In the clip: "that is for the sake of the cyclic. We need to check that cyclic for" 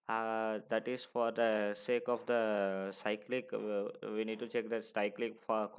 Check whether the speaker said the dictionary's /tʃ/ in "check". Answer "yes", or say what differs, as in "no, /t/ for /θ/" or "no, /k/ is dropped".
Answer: yes